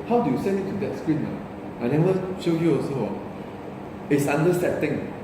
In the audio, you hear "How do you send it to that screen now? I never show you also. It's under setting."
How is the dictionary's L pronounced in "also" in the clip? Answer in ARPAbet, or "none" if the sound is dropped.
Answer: none